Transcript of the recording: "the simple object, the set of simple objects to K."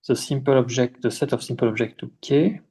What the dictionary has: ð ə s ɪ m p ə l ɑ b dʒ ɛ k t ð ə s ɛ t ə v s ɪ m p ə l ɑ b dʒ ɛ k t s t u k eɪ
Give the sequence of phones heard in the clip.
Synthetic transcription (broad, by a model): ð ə s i m p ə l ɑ b ʒ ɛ k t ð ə s ɛ t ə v s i m p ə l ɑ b ʒ ɛ k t t u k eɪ